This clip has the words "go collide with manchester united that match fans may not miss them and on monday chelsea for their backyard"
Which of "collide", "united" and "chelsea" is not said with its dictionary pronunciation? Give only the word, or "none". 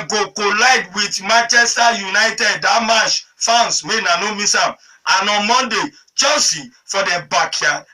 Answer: chelsea